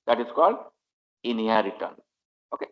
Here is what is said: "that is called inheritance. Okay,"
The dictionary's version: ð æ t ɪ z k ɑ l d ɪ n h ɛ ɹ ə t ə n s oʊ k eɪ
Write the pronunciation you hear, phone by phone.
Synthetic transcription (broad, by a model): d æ t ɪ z k ɑ l d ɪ n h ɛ ɹ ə t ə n oʊ k eɪ